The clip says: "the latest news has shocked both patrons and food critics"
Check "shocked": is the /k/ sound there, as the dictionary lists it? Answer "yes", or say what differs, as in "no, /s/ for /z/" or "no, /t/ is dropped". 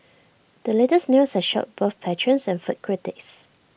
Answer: no, /k/ is dropped